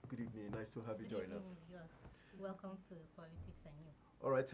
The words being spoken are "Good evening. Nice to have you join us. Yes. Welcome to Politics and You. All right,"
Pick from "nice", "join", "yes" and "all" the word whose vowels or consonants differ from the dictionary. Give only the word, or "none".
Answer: none